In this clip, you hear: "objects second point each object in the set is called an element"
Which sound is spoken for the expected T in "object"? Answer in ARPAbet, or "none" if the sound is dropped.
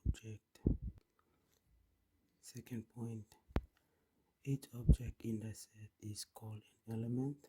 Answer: T